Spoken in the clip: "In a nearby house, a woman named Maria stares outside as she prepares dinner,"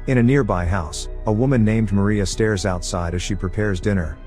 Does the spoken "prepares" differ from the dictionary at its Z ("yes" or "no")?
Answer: no